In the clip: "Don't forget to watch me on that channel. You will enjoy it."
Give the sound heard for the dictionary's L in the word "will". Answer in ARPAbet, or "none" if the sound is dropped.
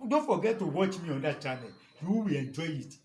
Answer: W